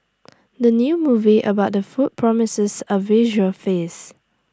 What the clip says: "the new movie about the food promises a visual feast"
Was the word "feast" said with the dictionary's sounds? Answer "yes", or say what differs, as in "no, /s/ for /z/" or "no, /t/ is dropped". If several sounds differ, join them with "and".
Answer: no, /t/ is dropped